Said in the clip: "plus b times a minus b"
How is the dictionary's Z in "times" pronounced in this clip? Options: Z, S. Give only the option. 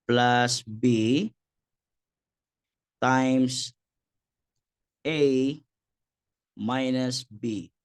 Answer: S